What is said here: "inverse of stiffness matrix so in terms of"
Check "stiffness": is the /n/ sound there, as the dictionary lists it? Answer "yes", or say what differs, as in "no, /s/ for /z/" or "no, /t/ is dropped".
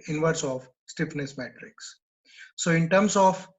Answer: yes